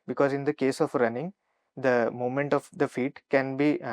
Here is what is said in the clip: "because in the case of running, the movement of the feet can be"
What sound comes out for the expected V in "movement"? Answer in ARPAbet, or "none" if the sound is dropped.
none